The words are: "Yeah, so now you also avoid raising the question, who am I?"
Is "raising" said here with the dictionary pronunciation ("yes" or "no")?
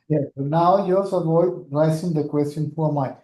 no